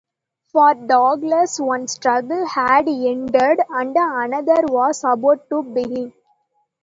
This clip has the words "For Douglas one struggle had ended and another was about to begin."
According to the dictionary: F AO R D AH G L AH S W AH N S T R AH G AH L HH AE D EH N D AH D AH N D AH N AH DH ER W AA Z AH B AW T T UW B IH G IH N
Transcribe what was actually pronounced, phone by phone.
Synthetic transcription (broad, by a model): F AO R D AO G L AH S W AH N S T R AH G AH L HH AE D EH N D AH D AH N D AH N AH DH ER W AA S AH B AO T T UW B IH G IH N